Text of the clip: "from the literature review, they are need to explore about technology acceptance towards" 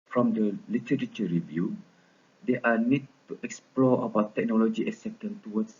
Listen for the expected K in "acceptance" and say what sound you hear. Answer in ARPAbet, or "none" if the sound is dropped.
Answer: none